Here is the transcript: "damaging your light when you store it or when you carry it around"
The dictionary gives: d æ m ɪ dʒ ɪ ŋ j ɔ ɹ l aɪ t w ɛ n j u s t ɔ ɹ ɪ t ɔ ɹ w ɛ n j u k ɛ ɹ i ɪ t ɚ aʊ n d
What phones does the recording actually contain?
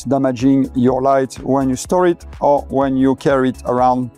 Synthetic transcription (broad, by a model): d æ m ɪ dʒ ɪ ŋ j ɔ ɹ l aɪ t w ɛ n j u s t ɔ ɹ ɪ t ɔ ɹ w ɛ n j u k ɛ ɹ i ɪ t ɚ aʊ n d